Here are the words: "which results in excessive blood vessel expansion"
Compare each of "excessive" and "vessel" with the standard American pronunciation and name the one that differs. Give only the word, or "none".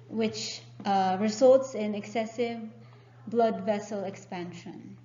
none